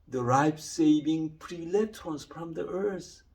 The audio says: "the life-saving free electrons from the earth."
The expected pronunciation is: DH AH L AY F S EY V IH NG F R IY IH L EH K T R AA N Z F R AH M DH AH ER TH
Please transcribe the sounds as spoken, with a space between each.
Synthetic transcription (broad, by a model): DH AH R AY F S EY V IH NG P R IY L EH T AA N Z F R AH M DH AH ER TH